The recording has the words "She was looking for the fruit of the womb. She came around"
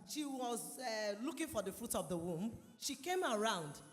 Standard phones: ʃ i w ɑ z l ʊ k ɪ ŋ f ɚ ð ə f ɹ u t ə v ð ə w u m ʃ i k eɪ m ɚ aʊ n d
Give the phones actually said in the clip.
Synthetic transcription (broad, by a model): ʃ i w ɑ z l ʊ k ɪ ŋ f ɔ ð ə f ɹ u t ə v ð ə w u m ʃ i k eɪ m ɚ aʊ n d